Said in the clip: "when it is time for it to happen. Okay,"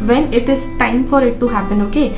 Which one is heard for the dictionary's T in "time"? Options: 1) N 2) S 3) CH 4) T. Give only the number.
4